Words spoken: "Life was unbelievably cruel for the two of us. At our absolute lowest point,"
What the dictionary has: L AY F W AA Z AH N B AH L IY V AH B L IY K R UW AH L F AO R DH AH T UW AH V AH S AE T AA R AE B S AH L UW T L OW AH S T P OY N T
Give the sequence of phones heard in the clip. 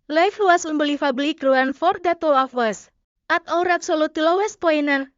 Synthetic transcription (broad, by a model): L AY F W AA S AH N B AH L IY F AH B L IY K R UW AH N F AO R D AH T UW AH F AH S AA T AA R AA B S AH L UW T L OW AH S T P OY N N